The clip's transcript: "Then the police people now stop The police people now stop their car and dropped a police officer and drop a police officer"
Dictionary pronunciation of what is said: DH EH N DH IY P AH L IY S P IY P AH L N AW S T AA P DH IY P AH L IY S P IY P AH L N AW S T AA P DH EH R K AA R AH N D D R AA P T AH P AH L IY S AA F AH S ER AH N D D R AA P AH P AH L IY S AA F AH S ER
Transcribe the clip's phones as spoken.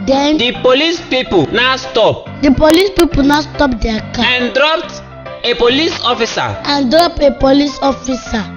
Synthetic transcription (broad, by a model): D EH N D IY P AH L IY S P IY P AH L N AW S T AA P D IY P AH L IY S P IY P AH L N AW S T AA P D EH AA K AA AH N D D R AA P T AH P AH L IY S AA F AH S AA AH N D D R AA P AH P AH L IY S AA F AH S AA